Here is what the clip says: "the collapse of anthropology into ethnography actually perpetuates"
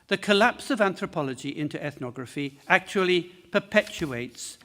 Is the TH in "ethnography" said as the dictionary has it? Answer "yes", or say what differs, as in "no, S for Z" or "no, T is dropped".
yes